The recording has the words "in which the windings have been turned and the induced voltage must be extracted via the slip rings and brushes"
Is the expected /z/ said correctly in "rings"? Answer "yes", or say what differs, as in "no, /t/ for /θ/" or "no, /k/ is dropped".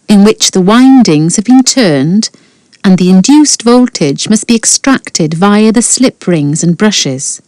yes